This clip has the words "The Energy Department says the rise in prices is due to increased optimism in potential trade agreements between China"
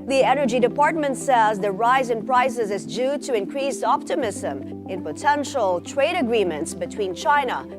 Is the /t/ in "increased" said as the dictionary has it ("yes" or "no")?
no